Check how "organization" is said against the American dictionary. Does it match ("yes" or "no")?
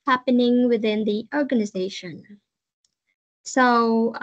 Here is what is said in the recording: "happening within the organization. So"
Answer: yes